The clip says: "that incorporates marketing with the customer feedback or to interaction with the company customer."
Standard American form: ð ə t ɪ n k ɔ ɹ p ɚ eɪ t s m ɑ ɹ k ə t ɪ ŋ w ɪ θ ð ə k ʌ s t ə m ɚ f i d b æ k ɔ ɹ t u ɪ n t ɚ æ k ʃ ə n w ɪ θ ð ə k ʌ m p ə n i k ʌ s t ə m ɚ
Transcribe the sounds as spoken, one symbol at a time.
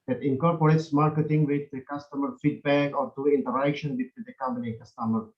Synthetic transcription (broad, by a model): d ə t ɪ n k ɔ ɹ p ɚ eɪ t s m ɑ ɹ k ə t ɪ ŋ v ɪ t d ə k ʌ s t ə m ɚ f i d b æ k ɔ ɹ t u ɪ n t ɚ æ k ʃ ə n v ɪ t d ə k ʌ m p ə n i k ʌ s t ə m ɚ